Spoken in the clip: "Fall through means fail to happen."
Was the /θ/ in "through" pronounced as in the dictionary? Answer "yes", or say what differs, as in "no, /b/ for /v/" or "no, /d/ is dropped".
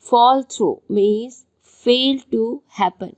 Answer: no, /t/ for /θ/